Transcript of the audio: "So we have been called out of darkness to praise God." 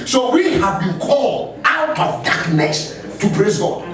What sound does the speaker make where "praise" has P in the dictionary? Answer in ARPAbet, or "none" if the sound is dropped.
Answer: B